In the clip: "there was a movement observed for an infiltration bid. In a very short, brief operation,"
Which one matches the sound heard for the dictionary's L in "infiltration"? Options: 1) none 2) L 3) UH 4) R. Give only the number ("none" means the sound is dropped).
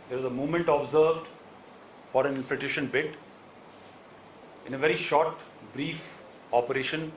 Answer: 1